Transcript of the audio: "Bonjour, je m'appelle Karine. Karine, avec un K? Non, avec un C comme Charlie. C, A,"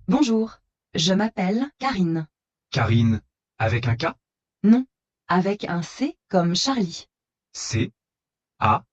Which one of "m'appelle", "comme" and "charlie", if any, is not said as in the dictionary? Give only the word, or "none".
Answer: charlie